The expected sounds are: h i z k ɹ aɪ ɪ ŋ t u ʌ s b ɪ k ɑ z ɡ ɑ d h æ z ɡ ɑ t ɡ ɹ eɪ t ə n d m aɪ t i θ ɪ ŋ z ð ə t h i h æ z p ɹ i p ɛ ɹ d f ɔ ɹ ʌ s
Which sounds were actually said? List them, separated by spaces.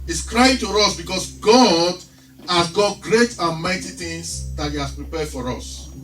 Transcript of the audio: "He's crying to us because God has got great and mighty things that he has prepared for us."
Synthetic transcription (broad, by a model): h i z k ɹ aɪ ɪ ŋ t u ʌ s b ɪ k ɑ s ɡ ɑ d h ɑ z ɡ ɑ t ɡ ɹ eɪ t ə n m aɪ t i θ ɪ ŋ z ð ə t h i h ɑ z p ɹ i p ɛ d f ɔ ɹ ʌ s